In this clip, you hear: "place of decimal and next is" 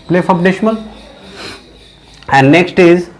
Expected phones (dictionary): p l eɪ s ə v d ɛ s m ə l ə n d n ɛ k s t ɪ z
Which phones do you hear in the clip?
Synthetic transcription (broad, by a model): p l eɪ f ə p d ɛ ʃ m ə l ə n d n ɛ k s t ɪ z